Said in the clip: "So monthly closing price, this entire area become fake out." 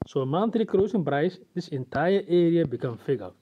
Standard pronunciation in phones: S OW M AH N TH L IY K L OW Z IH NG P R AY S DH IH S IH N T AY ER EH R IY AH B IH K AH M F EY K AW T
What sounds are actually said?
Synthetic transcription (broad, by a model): S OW M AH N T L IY K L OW S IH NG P R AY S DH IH S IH N T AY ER EH R IY AH B IH K AH M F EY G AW